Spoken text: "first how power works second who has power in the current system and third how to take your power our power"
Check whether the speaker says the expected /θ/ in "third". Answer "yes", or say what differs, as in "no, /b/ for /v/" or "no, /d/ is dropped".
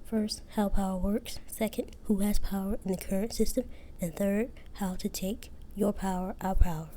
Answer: yes